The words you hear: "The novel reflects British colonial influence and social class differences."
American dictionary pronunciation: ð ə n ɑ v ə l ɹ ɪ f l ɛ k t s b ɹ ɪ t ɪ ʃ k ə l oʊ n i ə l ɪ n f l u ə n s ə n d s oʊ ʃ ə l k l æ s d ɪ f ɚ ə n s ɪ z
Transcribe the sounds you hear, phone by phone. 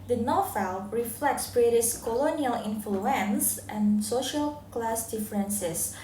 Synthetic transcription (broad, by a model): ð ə n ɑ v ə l ɹ ɪ f l ɛ k t s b ɹ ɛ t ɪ s k ə l oʊ n i ə l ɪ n f l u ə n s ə n s oʊ ʃ ə l k l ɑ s d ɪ f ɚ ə n s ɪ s